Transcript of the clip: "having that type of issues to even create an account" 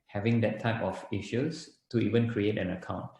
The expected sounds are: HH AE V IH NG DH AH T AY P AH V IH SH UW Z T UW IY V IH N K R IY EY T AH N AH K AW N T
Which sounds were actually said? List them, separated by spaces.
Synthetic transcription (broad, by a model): HH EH V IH NG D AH T AY P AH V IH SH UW S T UW IY V IH N K R IY EY T AH N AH K AW N T